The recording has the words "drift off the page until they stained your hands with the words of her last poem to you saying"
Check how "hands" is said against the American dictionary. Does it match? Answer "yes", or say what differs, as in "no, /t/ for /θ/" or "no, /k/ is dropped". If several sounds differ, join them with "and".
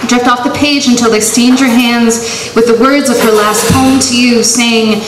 yes